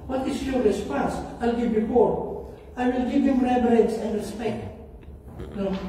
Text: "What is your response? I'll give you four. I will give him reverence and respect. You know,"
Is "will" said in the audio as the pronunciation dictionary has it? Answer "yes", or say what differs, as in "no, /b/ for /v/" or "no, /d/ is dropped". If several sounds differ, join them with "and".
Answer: yes